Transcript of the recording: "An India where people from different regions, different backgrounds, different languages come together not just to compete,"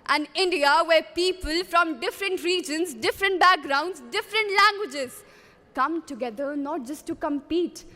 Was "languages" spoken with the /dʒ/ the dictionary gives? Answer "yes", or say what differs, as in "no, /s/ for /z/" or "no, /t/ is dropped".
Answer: yes